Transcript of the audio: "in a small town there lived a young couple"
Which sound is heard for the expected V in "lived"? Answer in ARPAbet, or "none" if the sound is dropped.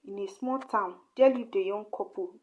none